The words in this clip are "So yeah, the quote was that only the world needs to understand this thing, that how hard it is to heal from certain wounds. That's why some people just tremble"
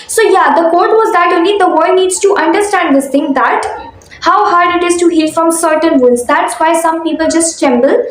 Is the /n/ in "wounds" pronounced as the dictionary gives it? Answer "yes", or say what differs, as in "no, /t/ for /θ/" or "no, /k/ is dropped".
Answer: no, /n/ is dropped